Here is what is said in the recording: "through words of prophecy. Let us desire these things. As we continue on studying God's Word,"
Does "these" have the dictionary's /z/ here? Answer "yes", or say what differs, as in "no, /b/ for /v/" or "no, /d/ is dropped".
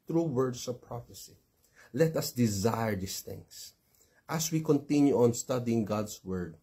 no, /s/ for /z/